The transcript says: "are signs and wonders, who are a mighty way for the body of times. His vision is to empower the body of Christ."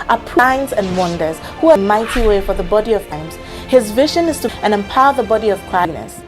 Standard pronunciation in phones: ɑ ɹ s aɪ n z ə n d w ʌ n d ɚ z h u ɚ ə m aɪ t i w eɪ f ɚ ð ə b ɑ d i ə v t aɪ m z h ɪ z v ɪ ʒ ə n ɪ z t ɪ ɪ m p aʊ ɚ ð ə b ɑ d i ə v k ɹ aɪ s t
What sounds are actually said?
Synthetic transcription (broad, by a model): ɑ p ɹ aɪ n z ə n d w ʌ n d ɚ z h u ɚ ə m aɪ t i w eɪ f ɚ ð ə b ɑ d i ə v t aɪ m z h ɪ z v ɪ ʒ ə n ɪ z t ɪ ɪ m p aʊ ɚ ð ə b ɑ d i ə v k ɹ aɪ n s